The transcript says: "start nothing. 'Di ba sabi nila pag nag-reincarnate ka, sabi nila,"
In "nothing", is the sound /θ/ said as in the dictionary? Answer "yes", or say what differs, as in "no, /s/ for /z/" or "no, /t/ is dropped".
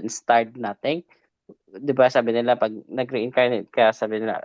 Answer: no, /t/ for /θ/